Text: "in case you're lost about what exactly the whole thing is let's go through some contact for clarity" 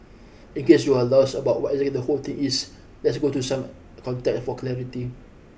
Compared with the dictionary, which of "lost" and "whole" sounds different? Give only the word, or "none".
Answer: lost